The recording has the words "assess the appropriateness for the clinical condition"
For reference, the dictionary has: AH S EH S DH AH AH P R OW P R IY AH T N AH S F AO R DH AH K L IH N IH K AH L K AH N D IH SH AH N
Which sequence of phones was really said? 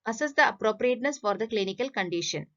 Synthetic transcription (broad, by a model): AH S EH S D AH AH P R OW P R IY AH T N AH S F AO R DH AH K L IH N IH K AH L K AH N D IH SH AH N